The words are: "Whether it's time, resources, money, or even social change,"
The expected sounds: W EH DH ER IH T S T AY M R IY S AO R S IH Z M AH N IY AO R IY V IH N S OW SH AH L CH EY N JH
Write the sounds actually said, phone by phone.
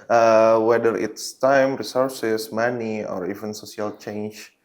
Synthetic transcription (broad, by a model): W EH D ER IH T S T AY M R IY S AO R S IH S M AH N IY AO R IY V IH N S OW S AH L CH EY N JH